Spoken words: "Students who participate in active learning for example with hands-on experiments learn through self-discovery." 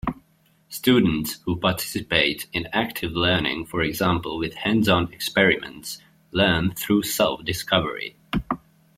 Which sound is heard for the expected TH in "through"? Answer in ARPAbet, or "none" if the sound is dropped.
TH